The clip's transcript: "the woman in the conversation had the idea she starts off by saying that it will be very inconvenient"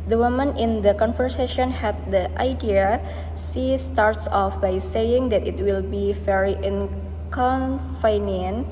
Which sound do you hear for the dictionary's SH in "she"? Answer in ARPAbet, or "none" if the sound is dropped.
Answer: S